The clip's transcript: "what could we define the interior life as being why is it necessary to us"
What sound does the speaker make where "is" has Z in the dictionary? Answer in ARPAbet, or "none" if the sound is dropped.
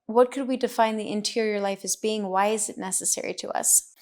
Z